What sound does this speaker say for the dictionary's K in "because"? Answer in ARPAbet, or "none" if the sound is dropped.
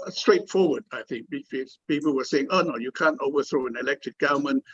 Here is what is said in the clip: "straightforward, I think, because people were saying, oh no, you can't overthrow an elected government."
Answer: none